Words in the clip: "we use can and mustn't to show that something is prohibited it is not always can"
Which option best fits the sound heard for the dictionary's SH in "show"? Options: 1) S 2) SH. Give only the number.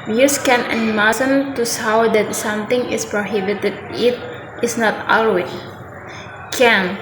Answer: 1